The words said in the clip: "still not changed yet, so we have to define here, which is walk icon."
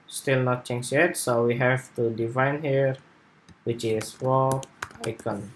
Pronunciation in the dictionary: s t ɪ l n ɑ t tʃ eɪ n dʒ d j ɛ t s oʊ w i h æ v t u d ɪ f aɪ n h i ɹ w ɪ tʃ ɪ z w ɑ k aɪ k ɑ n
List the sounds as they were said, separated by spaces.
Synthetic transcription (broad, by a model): s t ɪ l n ɑ t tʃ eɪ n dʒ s j ɛ t s oʊ w i h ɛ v t u d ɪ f aɪ n h i ɹ w ɪ tʃ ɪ s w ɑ aɪ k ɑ n